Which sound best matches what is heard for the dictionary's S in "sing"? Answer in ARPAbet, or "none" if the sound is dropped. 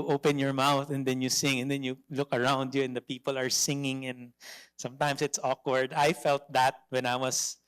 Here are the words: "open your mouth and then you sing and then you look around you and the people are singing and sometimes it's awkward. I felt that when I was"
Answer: S